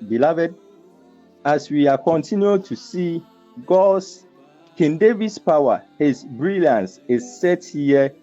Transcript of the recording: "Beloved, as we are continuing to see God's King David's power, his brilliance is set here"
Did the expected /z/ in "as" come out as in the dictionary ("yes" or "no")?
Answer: no